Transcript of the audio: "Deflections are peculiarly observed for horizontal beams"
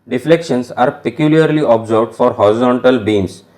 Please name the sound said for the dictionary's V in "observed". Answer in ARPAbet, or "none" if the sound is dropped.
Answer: B